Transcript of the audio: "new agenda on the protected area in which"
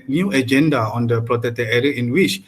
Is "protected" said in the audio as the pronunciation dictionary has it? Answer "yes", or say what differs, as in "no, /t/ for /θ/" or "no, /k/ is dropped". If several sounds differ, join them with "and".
no, /d/ is dropped